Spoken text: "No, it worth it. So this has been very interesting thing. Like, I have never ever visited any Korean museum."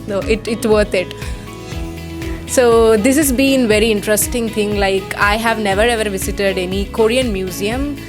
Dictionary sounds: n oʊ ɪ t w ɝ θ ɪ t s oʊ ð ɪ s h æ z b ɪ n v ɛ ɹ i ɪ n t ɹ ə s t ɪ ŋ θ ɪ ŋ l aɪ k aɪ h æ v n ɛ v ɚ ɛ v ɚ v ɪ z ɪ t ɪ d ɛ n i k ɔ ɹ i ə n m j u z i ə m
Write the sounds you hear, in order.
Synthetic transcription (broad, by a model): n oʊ ɪ t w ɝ t ɪ t s oʊ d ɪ s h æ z b ɪ n v ɛ ɹ i ɪ n t ɹ ə s t ɪ ŋ t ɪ ŋ l aɪ k aɪ h æ v n ɛ v ɚ ɛ v ɚ v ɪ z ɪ t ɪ d ɛ n i k ɔ ɹ i ə n m j u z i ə m